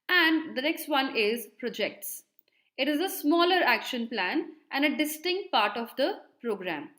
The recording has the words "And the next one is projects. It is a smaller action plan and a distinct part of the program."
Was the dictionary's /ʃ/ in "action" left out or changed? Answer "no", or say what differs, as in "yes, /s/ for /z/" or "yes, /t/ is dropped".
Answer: no